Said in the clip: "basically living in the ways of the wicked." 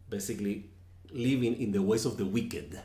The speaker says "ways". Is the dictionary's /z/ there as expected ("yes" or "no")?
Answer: no